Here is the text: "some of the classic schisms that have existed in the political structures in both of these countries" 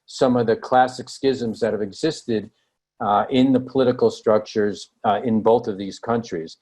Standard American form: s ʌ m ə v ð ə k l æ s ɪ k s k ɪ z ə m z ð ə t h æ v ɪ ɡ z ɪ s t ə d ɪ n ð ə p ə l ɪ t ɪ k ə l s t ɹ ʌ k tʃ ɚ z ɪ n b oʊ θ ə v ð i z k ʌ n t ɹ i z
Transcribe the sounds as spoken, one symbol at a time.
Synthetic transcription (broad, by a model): s ʌ m ə v ð ə k l æ s ɪ k s k ɪ z ə m z ð ə t h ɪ v ɪ ɡ z ɪ s t ə d ɪ n ð ə p ə l ɪ t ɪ k l s t ɹ ʌ k tʃ ɚ z ɪ n b oʊ θ ə v ð i z k ʌ n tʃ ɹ i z